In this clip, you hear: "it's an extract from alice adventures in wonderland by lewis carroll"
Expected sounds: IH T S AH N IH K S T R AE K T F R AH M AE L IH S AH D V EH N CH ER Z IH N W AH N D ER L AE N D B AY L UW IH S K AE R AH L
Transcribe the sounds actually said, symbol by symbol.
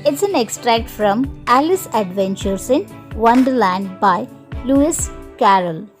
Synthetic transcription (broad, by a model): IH T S AH N IH K S T R AE K T F R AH M AE L IH S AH D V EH N CH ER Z IH N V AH N D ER L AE N D B AY L UW IH S K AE R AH L